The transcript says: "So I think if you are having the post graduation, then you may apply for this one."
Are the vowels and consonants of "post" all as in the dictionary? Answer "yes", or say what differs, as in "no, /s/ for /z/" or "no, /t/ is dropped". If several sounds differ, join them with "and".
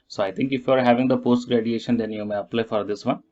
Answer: yes